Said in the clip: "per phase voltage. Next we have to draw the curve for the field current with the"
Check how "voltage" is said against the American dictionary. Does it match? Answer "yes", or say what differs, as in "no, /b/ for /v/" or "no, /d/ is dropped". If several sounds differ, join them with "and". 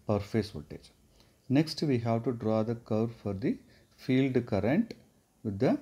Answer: no, /l/ is dropped